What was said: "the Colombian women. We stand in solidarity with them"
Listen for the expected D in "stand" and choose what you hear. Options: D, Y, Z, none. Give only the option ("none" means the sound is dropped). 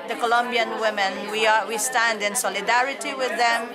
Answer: D